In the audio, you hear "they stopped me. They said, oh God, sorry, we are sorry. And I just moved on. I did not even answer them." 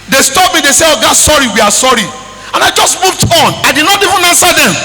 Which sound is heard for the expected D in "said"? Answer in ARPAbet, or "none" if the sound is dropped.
none